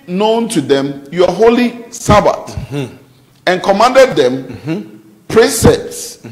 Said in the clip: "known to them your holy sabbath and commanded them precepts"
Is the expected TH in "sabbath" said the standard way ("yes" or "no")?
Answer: no